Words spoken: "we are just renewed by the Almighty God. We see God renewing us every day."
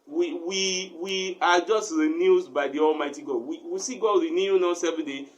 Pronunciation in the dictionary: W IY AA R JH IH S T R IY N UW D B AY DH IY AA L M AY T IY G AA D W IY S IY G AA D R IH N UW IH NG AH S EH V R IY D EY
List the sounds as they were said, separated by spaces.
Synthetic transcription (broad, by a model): W IY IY W JH IH S T R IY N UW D B AY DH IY AA L M AY T IY G AA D W IY S IY G AA D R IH N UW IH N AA S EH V IY D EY